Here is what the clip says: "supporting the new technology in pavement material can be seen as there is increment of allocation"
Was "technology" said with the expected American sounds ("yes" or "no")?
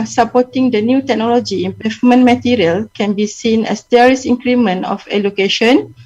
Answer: yes